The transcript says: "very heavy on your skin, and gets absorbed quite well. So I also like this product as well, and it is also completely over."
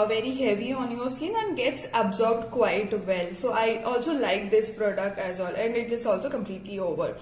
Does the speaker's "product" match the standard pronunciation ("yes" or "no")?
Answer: yes